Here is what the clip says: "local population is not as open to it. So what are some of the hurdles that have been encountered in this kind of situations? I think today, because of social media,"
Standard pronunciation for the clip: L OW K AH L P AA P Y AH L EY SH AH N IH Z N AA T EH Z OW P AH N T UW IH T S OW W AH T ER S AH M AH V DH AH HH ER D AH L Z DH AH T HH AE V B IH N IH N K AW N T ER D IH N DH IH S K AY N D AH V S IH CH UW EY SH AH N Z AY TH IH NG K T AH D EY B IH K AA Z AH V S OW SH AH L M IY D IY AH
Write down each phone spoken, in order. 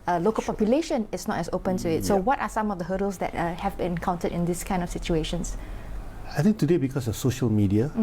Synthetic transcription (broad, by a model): L OW K AH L P AA P Y AH L EY SH AH N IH S N AA T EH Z OW P AH N T UW IH T S OW W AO T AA S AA M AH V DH AH HH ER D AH L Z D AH T HH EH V B IH N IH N K AW N T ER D IH N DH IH S K AY N D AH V S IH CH UW EY SH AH N S AY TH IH NG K T AH D EY B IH K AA S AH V S OW SH AH L M IY D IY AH